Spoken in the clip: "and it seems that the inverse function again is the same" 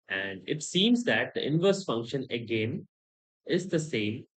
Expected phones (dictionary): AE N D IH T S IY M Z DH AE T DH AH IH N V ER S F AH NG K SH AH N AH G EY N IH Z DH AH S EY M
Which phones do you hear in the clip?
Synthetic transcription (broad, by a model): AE N D IH T S IY M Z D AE T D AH IH N V ER S F AH NG K SH AH N AH G EY N IH Z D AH S EY M